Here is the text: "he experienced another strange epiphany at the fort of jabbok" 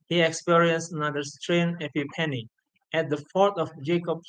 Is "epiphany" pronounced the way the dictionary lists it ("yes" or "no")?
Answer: no